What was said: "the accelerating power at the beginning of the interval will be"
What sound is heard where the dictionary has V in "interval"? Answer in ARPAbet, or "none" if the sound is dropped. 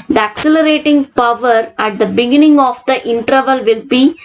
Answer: V